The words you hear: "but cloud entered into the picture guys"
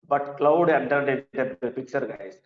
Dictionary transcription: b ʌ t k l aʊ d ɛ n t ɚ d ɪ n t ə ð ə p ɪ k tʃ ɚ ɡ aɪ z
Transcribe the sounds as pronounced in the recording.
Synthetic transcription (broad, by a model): b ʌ t k l aʊ d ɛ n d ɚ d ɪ t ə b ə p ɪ k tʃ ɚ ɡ aɪ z